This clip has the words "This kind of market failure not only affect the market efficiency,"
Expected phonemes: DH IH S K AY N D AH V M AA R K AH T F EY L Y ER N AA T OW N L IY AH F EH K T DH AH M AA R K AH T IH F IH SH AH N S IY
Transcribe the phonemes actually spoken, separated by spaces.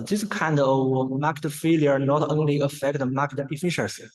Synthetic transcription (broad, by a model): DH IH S K AY N D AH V M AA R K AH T F EY L Y ER N AA T OW N L IY AH F EH K T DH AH M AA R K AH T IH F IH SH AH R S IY